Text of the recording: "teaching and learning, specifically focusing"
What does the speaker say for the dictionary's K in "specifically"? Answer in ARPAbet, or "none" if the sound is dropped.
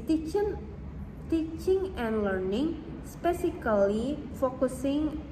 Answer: none